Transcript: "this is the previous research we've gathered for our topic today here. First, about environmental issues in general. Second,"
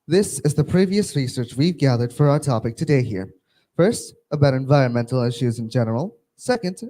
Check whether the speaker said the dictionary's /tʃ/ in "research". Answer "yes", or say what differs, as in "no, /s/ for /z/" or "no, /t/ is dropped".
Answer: yes